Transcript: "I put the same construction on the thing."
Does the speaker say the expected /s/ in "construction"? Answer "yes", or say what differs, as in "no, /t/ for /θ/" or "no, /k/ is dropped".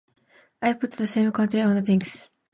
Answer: no, /s/ is dropped